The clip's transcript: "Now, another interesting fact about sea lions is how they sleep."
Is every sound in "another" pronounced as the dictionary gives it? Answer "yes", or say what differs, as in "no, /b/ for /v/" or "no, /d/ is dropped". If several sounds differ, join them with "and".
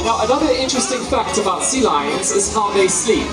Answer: yes